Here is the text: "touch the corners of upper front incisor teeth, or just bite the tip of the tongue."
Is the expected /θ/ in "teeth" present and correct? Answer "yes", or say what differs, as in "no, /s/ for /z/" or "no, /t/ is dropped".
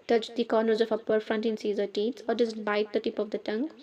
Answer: no, /s/ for /θ/